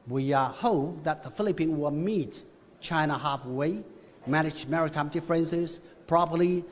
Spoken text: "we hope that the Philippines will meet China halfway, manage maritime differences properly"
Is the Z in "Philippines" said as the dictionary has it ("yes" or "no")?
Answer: no